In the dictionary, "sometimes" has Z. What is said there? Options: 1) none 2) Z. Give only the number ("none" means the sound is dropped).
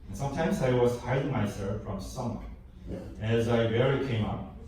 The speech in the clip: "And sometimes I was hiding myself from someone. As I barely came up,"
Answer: 2